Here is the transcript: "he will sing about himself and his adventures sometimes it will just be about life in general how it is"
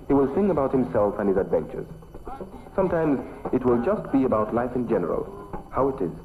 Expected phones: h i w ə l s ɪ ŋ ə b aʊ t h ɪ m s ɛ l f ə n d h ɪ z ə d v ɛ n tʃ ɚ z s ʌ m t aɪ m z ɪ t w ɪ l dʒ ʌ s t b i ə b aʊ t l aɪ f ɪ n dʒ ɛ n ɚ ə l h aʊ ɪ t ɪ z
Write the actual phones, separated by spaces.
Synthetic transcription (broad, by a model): h i w ə l s ɪ ŋ ə b aʊ t h ɪ m s ɛ l f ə n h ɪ z ə d v ɛ n tʃ ɚ z s ʌ m t aɪ m z ɪ t w ɪ l dʒ ʌ s t b i ə b aʊ t l aɪ f ɪ n dʒ ɛ n ɚ ə l h aʊ ɪ t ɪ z